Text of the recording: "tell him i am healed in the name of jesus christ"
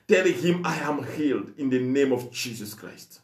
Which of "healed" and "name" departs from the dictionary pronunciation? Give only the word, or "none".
none